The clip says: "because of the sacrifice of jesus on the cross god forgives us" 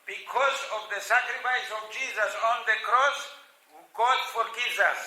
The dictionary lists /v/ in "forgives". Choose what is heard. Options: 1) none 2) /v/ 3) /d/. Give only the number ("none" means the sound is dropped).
1